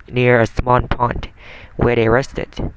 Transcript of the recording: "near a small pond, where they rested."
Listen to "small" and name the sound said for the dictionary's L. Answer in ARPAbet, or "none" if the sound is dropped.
N